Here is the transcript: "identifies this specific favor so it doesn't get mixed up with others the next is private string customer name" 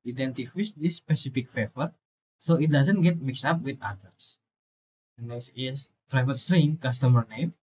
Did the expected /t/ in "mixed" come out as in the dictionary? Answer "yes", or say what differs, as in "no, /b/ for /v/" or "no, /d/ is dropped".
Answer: no, /t/ is dropped